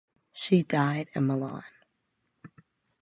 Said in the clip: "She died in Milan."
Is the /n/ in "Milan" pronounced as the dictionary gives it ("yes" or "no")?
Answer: yes